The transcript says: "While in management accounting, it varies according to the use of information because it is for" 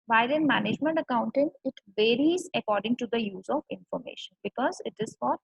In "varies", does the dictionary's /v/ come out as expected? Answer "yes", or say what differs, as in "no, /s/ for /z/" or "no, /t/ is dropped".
yes